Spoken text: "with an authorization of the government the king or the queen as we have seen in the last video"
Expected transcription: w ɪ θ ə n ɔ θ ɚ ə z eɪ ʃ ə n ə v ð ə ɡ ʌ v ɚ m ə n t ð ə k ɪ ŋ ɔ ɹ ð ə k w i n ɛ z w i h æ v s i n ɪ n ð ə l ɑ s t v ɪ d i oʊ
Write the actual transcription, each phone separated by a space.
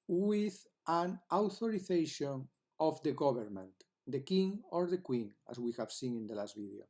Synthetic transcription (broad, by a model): w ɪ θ ə n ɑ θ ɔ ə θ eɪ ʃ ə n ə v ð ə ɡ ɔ b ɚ m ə n t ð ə k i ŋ ɔ ɹ ð ə k w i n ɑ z w i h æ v s i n ɪ n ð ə l ɑ s t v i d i oʊ